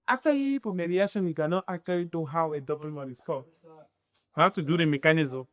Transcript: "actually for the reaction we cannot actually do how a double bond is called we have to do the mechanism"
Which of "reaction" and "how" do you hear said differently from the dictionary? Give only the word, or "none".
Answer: reaction